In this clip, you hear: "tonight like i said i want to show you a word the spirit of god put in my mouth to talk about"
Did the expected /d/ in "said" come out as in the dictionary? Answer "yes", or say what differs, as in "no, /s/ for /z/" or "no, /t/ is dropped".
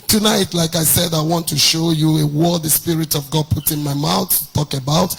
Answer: yes